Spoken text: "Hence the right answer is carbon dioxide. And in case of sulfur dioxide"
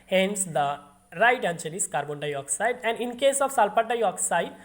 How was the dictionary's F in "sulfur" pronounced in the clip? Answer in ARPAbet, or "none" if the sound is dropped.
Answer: P